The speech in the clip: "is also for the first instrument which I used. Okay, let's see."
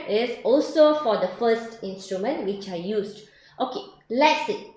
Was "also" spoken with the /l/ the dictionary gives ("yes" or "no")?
yes